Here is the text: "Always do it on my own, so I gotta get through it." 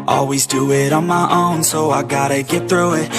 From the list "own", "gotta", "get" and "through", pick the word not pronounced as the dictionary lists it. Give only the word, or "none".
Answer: none